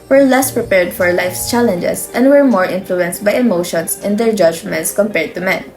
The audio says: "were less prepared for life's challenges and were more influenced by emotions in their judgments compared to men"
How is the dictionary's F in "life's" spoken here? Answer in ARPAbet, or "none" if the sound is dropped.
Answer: F